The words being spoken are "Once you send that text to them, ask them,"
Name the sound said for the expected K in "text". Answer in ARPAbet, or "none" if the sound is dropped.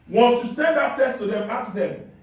none